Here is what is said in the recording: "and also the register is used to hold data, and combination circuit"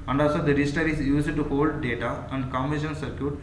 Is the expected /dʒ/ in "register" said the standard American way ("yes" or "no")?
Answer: no